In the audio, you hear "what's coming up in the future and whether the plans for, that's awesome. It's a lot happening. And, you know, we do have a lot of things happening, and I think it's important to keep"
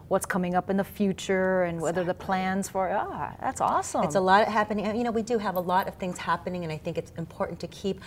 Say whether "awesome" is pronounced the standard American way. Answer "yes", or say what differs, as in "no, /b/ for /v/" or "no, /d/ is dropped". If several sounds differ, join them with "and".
no, /m/ is dropped